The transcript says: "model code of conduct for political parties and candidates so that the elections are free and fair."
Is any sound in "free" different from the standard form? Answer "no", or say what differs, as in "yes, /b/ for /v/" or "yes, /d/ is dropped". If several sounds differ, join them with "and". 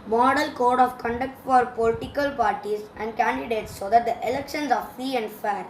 yes, /ɹ/ is dropped